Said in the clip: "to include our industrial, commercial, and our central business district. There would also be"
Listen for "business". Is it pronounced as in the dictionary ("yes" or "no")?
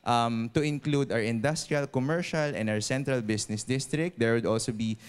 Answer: no